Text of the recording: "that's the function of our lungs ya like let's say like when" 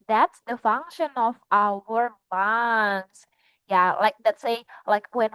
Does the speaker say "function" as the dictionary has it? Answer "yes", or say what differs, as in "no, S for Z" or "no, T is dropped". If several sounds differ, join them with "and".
yes